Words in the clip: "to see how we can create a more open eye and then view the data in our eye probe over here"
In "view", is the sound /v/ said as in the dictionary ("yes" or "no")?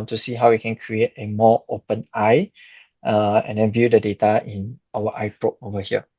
yes